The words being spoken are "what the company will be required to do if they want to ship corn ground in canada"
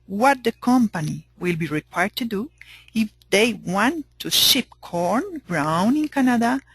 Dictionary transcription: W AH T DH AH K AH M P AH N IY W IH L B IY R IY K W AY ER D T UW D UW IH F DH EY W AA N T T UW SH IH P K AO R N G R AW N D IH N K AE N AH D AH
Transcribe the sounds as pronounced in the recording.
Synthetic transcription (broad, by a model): W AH T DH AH K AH M P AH N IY W IH L B IY R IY K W AY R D T UW D UW IH F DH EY W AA N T T UW SH IH P K AO R N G R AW N IH N K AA N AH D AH